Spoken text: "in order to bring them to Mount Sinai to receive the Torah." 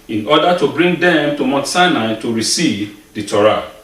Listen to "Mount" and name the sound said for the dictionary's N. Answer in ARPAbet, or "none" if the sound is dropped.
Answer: none